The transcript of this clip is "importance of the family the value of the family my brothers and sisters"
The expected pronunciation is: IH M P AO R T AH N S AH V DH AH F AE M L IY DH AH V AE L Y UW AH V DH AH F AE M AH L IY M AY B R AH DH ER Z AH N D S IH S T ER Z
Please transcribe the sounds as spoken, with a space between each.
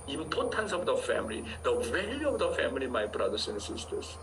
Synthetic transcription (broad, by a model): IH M P AO T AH N S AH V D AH F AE M L IY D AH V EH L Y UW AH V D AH F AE M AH L IY M AY B R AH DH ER S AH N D S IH S T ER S